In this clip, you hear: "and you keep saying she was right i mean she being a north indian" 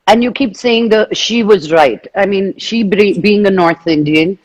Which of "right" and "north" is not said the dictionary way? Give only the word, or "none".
none